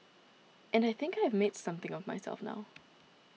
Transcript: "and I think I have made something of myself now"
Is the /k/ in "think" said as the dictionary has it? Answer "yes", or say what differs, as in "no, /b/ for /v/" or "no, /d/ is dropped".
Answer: yes